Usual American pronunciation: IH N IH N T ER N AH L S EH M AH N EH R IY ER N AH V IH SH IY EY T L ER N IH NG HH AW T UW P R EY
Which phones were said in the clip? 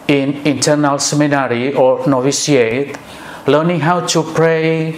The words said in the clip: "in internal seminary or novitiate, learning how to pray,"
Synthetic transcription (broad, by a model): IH N IH N T ER N AH L S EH M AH N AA R IY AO N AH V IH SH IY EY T L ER N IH NG HH AW T UW P R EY